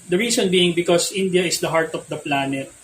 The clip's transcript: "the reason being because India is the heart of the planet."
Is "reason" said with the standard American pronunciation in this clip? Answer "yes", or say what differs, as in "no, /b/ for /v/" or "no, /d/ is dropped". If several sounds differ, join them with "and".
no, /s/ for /z/